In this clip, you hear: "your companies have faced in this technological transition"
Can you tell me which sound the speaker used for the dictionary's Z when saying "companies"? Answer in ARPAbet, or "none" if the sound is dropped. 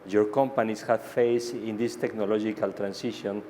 S